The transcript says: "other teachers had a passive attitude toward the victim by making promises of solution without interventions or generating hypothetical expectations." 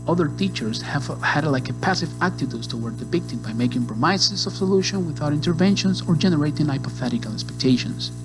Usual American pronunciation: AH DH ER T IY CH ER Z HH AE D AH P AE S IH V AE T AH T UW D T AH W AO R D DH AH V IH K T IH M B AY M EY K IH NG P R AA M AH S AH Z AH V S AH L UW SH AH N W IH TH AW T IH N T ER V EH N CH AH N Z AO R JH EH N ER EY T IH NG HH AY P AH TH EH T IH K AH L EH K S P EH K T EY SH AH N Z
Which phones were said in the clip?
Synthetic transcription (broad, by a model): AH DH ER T IY CH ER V HH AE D AH P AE S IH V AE T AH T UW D T AH W AO R D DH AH P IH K T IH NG B AY M EY K IH NG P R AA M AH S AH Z AH V S AH L UW SH AH N W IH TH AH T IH N T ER V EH N SH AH N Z AO R JH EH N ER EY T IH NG AY P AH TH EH T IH K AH L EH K S P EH K T EY SH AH N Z